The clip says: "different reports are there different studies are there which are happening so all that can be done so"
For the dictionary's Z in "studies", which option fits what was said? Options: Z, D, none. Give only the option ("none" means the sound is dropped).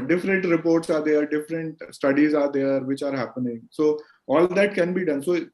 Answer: Z